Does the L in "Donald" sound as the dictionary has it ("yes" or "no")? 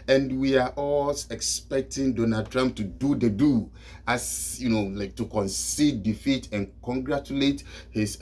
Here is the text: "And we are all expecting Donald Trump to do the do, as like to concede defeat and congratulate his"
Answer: no